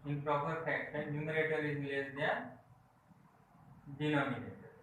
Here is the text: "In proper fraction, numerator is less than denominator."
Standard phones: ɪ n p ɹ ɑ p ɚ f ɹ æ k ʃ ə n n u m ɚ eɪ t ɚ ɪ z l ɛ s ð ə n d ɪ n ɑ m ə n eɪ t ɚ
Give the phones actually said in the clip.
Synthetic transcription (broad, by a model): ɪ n p ɹ ɑ p ɚ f æ k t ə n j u m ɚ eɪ t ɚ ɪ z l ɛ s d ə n d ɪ n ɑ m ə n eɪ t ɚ